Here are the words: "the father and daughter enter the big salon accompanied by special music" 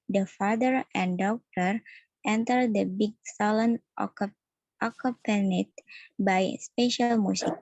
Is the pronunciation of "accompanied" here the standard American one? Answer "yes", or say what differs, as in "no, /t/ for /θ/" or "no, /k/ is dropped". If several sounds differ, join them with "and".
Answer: no, /m/ is dropped